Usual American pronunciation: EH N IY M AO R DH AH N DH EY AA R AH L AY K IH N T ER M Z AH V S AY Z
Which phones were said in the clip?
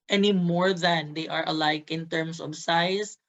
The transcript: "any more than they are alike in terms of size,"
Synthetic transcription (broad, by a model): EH N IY M AO R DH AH N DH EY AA R AH L AY K IH N T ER M S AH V S AY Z